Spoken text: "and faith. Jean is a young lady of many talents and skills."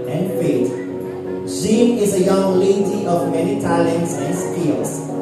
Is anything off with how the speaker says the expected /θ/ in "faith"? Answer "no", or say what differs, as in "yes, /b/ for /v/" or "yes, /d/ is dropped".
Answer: yes, /t/ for /θ/